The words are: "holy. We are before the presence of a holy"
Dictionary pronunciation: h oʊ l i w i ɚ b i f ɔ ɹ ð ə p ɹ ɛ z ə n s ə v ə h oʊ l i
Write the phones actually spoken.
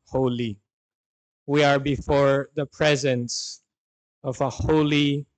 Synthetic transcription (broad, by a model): h oʊ l i w i ɚ b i f ɔ ɹ ð ə p ɹ ɛ z ə n s ə v ə h oʊ l i